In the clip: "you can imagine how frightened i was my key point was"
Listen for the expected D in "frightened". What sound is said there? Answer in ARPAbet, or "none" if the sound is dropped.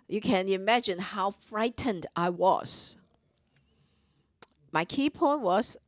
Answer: D